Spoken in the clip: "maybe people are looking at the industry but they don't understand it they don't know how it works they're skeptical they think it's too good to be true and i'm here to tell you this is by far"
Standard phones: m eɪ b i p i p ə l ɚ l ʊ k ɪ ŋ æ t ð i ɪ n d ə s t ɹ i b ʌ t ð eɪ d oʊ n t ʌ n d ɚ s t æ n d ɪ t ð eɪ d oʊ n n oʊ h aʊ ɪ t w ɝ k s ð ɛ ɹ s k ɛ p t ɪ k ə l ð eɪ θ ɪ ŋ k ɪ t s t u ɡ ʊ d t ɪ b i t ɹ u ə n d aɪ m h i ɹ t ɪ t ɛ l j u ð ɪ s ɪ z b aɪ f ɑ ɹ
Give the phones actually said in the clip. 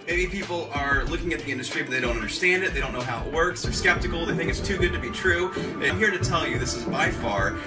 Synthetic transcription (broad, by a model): m eɪ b i p i p l ɚ l ʊ k ɪ ŋ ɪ t ð i ɪ n d ə s t ɹ i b ʌ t ð eɪ d oʊ n t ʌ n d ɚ s t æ n d ɪ t ð eɪ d oʊ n n oʊ h aʊ ɪ t w ɝ k s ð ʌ ɹ s k ɛ p t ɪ k l ð eɪ θ ɪ ŋ k ɪ t s t u ɡ ʊ d t ɪ b i t ɹ u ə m h i ɹ t ɪ t ɛ l j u ð ɪ s ɪ z b aɪ f ɑ ɹ